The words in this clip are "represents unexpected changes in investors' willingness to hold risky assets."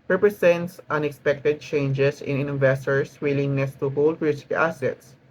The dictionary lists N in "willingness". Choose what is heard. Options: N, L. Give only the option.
N